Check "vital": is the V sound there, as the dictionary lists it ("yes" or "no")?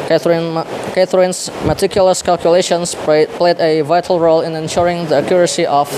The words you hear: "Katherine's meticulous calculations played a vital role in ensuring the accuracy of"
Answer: yes